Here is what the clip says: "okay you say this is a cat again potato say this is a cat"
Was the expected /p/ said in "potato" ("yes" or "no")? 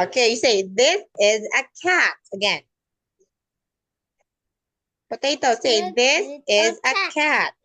no